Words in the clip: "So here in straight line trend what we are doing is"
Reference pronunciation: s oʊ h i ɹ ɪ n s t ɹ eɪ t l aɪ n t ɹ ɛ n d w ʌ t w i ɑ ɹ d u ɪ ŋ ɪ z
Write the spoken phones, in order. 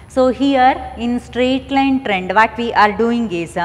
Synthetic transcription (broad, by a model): s oʊ h i ɹ ɪ n s t ɹ eɪ t l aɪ n t ɹ ɛ n d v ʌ t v i ɑ ɹ d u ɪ ŋ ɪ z